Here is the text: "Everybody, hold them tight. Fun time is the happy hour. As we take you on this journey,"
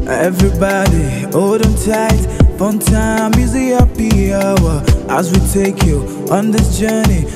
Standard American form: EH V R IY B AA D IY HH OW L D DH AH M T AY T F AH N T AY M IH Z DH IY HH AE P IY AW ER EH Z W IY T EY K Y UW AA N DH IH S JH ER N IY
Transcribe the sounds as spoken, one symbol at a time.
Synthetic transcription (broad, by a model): EH V R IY B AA D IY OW D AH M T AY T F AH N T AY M IH Z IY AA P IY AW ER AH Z W IY T EY K Y UW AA N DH IH S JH ER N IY